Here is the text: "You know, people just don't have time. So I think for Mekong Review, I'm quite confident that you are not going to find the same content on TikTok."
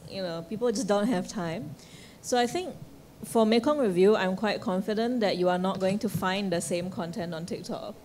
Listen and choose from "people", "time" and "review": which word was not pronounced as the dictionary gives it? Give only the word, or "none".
none